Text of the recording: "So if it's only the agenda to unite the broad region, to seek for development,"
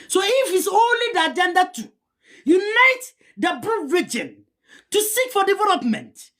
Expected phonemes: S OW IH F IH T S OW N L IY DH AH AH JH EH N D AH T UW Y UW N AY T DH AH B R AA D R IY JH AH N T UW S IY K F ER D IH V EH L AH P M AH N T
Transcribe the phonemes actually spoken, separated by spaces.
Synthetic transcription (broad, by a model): S OW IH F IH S OW N L IY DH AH AH JH EH N D AH T UW Y UW N AY T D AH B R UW R IY JH AH N T UW S IY K F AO D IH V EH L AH P M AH N T